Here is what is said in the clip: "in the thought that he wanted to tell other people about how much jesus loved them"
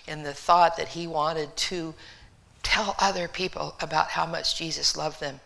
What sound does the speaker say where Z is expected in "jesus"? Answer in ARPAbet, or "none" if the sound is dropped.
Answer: Z